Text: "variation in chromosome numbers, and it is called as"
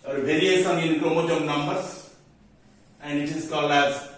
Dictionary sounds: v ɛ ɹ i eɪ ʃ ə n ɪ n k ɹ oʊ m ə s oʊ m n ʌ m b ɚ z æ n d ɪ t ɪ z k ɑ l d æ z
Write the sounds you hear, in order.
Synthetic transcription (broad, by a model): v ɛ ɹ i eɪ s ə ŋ ɪ n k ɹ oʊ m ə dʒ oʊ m n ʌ m b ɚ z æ n d ɪ t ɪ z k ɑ l æ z